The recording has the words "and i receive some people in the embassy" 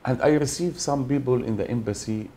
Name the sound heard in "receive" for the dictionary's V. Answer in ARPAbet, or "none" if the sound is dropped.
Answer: V